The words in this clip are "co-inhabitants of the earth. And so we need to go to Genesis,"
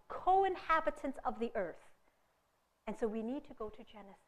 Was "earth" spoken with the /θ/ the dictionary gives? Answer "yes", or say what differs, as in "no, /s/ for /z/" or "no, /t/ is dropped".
yes